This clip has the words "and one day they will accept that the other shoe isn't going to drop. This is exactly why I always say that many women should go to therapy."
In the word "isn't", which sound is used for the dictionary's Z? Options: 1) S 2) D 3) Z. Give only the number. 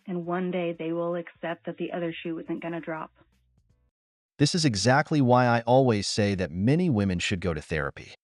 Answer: 3